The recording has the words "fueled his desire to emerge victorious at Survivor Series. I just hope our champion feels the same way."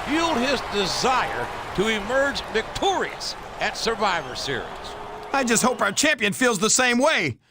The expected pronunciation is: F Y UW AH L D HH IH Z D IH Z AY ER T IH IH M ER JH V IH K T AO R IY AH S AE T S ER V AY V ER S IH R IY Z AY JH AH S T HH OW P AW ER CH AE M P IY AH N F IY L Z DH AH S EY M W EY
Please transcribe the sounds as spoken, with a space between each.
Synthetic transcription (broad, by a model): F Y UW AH L D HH IH Z D IH Z AY ER T IH IH M ER JH V IH K T AO R IY AH S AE T S ER V AY V ER S IH R IY Z AY JH AH S T HH OW P AW ER CH AE M P IY AH N F IY L Z DH AH S EY M W EY